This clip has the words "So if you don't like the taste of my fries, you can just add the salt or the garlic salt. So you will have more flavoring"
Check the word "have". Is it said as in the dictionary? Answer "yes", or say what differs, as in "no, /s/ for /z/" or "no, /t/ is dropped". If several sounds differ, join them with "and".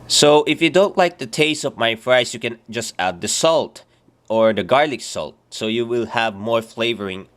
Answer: yes